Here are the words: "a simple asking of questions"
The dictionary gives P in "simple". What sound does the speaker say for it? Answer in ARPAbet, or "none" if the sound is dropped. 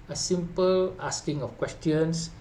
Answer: P